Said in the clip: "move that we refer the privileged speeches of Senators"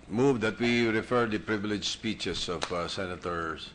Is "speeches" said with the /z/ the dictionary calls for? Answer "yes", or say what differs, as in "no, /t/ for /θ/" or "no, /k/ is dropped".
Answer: no, /s/ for /z/